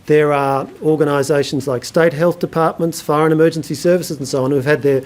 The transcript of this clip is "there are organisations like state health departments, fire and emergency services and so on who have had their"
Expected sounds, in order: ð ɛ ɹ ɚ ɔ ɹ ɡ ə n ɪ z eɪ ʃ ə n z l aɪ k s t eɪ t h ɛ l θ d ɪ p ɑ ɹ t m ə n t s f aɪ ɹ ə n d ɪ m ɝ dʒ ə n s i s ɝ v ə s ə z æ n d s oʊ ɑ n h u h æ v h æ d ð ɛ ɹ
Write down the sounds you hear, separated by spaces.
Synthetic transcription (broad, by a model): ð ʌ ɹ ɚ ɔ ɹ ɡ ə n ɪ z eɪ ʃ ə n z l aɪ k s t eɪ t h ɛ l θ d ɪ p ɑ ɹ t m ə n t s f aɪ ɹ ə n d ɪ m ɝ dʒ ə n s i s ɝ v ə s ə z n s oʊ ɑ n h u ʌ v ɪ d ð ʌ ɹ